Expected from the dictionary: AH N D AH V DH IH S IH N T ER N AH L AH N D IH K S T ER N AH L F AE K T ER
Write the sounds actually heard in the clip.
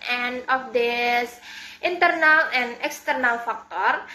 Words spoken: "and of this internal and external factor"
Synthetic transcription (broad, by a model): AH N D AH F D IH S IH N T ER N AH L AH N IH K S T ER N AH L F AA K T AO